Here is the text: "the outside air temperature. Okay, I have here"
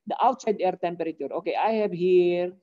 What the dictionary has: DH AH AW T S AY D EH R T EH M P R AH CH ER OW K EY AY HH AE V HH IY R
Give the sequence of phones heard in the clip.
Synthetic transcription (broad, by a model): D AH AW T S AY D EH R T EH M P R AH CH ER OW K EY AY HH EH B HH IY R